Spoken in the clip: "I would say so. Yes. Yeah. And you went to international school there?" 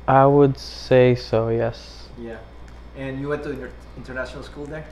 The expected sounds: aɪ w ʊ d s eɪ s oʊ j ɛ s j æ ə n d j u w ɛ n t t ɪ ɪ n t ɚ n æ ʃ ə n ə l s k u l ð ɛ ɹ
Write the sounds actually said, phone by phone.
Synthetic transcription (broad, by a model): aɪ w ʊ d s eɪ s oʊ j ɛ s j æ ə n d j u w ɛ n t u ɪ ɪ n t ɚ n æ ʃ ə n ə l s k u l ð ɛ ɹ